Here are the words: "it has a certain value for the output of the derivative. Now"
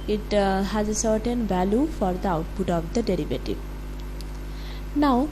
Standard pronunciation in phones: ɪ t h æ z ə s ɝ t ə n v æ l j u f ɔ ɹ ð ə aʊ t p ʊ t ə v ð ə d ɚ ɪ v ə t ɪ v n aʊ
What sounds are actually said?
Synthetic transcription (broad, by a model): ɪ t h æ z ə s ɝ t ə n v æ l j u f ɔ ɹ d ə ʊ t b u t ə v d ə d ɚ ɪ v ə t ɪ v n aʊ